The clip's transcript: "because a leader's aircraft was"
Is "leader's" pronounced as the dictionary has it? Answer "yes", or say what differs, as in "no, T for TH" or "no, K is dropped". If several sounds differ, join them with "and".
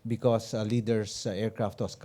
no, S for Z